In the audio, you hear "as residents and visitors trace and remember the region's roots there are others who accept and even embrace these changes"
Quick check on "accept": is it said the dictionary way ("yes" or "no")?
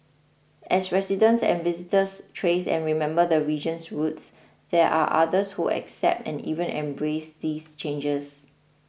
yes